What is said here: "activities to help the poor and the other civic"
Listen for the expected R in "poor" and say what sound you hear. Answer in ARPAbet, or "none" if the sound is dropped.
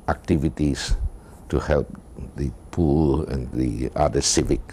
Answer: L